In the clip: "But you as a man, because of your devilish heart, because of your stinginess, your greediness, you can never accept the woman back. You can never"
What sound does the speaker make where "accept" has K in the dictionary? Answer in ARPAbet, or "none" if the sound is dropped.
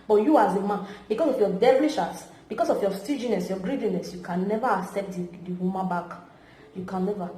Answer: K